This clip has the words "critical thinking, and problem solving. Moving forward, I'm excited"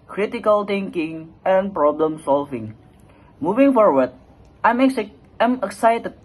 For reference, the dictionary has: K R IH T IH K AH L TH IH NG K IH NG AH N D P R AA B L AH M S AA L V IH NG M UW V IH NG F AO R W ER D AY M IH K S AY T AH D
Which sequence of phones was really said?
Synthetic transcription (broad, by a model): K R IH T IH K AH L T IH NG K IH NG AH N P R AA B L AH M S AA L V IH NG M UW V IH NG F AO R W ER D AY M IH K S AY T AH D